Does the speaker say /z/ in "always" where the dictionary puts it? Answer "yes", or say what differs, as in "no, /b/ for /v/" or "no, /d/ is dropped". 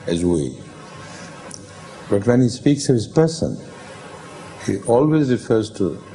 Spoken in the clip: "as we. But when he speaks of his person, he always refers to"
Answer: yes